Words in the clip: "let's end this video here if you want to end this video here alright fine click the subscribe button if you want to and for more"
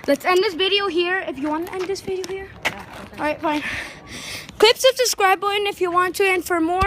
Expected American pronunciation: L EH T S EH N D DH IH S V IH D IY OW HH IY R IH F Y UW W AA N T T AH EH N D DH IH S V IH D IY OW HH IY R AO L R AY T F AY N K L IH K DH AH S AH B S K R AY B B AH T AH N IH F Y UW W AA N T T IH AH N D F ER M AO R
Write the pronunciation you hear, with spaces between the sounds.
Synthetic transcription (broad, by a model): L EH T S EH N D DH IH S V IH D IY OW HH IY R IH F Y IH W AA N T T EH N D DH IH S V IH D IY OW HH IY R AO R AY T F AY N K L IH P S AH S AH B S K R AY B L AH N IH F Y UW W AA N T T IH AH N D F ER M AO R